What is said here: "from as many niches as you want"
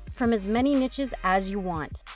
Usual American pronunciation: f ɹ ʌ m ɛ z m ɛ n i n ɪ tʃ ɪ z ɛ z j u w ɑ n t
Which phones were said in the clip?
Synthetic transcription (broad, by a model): f ɹ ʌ m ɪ z m ɛ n i n ɪ tʃ ɪ z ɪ z j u w ɑ n t